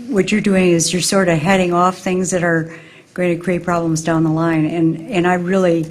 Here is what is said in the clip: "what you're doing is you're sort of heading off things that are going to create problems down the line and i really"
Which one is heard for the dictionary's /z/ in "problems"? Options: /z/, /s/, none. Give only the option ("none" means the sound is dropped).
/z/